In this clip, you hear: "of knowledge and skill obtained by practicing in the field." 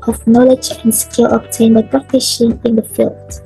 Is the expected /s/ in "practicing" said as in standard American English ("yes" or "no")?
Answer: no